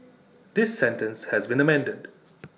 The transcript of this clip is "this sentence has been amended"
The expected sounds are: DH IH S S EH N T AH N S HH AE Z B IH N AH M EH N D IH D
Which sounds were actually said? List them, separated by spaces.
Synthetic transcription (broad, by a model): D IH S S EH N T AH N S HH AE Z B IH N AH M EH N D IH D